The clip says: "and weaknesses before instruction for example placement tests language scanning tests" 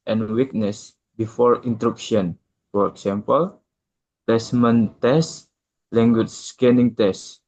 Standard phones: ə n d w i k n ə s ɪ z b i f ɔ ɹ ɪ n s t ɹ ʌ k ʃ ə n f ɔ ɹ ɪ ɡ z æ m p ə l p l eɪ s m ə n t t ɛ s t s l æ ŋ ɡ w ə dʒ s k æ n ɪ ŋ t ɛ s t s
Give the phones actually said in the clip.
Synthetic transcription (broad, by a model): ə n w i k n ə s b i f ɔ ɹ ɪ n t ɹ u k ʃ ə n f ɔ ɹ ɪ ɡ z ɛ m p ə l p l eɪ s m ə n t t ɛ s s l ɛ ŋ ɡ w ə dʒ s k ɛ n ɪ ŋ t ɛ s s